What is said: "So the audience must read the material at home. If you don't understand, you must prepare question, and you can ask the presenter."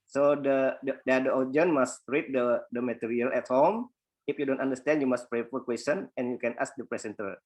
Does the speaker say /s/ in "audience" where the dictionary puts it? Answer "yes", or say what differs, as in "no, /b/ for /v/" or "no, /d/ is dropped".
no, /s/ is dropped